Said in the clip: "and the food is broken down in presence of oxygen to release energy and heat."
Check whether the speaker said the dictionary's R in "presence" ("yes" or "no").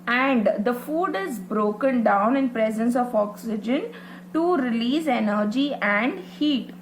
yes